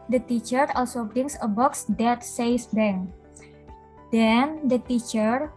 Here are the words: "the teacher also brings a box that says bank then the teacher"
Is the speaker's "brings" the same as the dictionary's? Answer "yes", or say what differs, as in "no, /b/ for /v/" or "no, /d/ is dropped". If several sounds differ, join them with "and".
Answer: no, /s/ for /z/